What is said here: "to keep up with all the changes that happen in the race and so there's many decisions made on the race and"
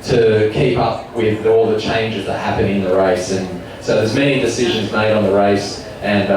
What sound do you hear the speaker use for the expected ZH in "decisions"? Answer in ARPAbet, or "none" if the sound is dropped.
ZH